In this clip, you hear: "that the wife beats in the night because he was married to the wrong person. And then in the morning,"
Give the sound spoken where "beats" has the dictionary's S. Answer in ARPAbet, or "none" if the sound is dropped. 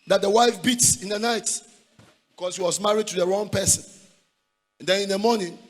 S